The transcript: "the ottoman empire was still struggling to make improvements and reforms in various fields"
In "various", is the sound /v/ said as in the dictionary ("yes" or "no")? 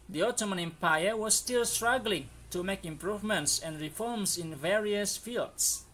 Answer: yes